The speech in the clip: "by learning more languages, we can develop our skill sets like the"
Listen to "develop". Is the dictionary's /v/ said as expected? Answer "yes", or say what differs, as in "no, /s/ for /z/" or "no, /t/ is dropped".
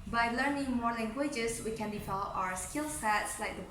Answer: no, /f/ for /v/